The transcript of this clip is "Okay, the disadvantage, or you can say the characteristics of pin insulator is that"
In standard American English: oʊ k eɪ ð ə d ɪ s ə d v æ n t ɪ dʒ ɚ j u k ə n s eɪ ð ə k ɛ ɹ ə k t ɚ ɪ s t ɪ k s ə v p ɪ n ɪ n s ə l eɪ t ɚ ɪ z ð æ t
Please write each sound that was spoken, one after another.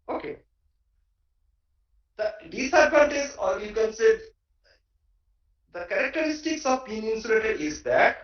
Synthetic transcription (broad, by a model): oʊ k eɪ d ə d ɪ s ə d p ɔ n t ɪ z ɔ j u k ə n s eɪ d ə k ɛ ɹ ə k t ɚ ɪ s t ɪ k s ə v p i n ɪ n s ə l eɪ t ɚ ɪ z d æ t